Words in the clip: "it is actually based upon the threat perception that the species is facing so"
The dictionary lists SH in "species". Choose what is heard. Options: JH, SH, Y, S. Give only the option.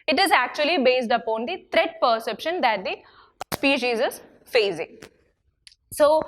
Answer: SH